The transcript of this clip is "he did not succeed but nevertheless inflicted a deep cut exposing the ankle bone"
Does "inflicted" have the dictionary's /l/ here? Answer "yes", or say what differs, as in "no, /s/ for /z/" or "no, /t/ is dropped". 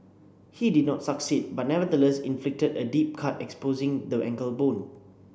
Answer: yes